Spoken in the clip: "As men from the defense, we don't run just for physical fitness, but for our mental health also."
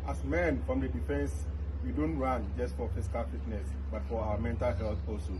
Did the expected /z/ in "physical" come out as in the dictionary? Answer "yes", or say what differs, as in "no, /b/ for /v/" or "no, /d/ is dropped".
no, /s/ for /z/